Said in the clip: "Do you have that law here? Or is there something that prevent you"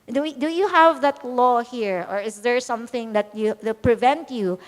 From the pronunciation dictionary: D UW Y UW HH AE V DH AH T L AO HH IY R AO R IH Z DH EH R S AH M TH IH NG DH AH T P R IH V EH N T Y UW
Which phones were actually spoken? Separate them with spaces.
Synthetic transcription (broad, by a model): D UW Y UW HH AE V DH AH T L AO HH IY R AO R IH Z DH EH R S AH M TH IH NG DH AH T P R IH V EH N T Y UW